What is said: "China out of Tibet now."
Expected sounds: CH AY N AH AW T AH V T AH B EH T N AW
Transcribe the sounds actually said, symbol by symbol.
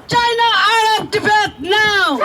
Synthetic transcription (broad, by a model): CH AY N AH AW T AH P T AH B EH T N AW